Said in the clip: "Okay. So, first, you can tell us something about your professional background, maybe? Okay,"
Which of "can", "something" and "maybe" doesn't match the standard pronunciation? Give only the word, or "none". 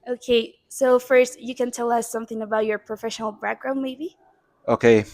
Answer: none